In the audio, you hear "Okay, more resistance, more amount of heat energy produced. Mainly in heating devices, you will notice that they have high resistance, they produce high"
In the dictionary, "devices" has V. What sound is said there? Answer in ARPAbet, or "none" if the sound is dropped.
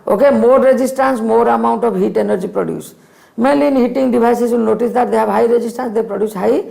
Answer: B